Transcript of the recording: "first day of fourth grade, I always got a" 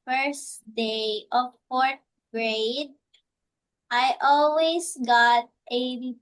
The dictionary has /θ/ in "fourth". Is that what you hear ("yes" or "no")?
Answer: no